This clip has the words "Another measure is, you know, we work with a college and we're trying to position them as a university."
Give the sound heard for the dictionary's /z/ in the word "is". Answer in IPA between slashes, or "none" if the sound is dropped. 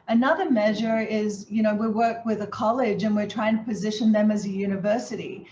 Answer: /z/